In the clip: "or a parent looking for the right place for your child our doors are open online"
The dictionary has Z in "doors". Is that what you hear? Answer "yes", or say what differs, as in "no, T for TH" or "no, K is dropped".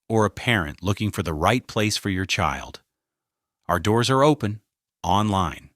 yes